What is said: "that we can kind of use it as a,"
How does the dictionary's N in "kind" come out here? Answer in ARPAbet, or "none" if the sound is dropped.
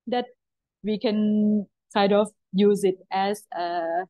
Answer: none